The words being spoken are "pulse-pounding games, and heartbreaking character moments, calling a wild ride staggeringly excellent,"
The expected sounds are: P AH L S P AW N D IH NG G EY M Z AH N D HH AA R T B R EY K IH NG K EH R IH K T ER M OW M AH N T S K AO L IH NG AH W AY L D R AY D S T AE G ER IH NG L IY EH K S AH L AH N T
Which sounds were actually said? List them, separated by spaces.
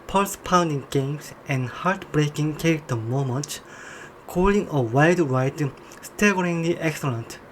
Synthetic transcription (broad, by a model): P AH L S P AW N D IH NG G EY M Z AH N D HH AA R T B R EY K IH NG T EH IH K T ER M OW M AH N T K AO L IH NG AH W AY D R AY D S T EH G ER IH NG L IY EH K S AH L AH N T